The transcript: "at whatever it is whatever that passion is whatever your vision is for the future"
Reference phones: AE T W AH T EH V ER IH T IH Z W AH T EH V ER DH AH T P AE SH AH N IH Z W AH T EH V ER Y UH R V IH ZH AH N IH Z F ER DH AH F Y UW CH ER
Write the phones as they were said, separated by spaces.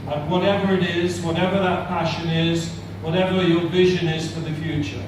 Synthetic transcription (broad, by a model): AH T W AH T EH V ER IH T IH Z W AH T EH V ER DH AH T P AE SH AH N IH Z W AH T EH V ER Y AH R V IH ZH AH N IH Z F ER DH AH F Y UW CH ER